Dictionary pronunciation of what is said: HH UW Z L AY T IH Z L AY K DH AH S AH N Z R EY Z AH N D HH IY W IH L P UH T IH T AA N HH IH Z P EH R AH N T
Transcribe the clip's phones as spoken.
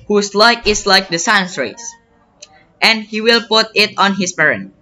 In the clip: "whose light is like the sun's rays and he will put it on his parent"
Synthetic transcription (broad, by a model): HH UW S L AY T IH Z L AY K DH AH S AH N S R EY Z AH N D HH IY W IH L P UH T IH T AA N HH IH S P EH R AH N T